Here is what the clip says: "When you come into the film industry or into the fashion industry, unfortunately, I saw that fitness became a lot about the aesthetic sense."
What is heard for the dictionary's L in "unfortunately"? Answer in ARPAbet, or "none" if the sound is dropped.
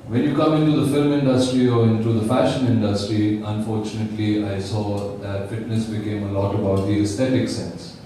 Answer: L